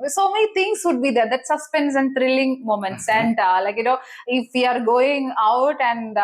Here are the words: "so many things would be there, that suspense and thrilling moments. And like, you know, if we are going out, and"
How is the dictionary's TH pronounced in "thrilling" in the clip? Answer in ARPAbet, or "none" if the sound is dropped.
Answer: T